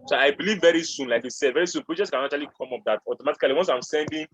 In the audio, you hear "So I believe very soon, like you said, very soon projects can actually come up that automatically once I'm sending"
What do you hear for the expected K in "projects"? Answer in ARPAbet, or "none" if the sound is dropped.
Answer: none